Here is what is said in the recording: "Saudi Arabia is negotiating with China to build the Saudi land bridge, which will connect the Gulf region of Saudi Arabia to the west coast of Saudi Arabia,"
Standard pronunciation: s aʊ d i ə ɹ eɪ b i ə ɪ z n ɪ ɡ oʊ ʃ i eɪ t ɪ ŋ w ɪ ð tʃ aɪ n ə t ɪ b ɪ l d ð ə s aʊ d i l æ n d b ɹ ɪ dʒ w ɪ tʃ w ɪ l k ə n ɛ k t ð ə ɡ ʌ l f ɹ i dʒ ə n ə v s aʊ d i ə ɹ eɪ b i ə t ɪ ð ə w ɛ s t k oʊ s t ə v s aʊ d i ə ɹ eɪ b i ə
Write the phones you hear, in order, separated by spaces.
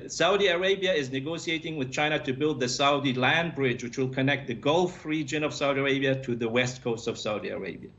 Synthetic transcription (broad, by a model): s aʊ d i ə ɹ eɪ b i ə ɪ z n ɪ ɡ oʊ s i eɪ t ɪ ŋ w ɪ ð tʃ aɪ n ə t ɪ b ɪ l d ð ə s aʊ d i l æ n b ɹ ɪ dʒ w ɪ tʃ w ɪ l k ə n ɛ k t ð ə ɡ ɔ l f ɹ i dʒ ə n ə v s aʊ d i ə ɹ eɪ b i ə t ɪ ð ə w ɛ s t k oʊ s t ə v s aʊ d i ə ɹ eɪ b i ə